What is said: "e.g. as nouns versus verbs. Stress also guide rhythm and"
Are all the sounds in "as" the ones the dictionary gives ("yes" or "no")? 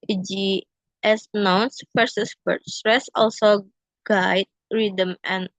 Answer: no